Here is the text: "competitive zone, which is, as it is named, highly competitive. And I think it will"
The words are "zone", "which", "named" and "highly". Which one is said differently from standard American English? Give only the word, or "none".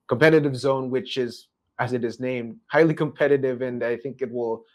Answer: none